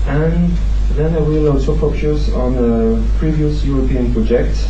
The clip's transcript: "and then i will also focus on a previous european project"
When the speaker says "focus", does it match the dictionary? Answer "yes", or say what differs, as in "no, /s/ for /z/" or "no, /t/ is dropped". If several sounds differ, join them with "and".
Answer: no, /p/ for /f/